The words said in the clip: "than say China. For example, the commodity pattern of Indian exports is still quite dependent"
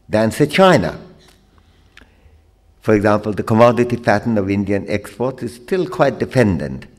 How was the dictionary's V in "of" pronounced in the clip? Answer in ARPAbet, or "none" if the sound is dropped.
V